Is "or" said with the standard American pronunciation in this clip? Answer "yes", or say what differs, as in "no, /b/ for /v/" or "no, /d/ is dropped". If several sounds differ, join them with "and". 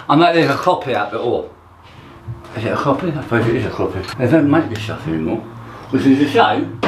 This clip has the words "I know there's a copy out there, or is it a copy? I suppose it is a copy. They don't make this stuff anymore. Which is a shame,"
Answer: no, /l/ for /ɹ/